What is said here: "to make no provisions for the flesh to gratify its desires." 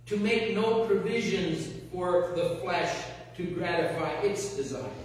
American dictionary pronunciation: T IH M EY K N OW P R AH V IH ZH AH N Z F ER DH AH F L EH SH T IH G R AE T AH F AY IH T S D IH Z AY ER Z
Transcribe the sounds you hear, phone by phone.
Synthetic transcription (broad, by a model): T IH M EY K N OW P R AH V IH ZH AH N Z F ER DH AH F L EH SH T IH G R AE T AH F AY IH T S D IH Z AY